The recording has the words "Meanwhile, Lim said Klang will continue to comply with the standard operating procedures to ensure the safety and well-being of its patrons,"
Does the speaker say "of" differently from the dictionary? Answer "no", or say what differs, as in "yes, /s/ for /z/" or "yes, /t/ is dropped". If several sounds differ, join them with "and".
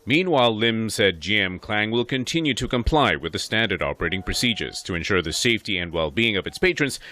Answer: no